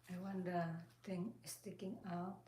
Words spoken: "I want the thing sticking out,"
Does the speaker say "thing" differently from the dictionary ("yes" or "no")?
yes